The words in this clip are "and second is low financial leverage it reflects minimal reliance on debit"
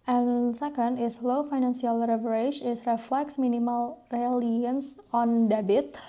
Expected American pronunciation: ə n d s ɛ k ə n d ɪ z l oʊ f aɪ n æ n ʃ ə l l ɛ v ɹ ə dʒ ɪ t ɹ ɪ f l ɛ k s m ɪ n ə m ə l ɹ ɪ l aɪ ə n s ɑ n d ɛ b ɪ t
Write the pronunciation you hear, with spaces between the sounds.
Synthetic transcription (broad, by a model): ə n s ɛ k ə n d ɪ s l oʊ f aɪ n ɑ n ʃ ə l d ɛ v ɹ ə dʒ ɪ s ɹ ɪ f l ɛ k s m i n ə m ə l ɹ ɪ l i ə n s ɑ n d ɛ b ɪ t